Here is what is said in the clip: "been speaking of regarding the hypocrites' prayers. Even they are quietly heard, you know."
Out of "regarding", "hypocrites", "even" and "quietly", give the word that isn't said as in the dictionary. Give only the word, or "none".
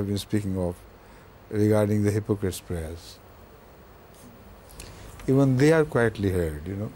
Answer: none